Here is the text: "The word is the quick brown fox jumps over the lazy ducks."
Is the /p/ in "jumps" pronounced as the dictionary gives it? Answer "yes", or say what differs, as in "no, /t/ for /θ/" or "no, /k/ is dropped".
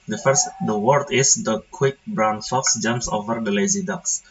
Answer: yes